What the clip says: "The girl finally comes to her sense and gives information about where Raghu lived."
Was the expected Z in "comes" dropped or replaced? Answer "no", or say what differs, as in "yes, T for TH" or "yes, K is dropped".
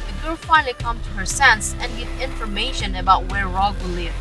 yes, Z is dropped